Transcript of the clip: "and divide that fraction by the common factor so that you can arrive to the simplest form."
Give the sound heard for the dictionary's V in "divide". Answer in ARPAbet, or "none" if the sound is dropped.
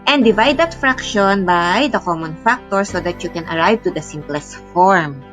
V